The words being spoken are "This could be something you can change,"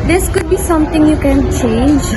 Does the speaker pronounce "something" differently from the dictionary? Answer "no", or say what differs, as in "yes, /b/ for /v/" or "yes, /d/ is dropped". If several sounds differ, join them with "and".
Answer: yes, /t/ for /θ/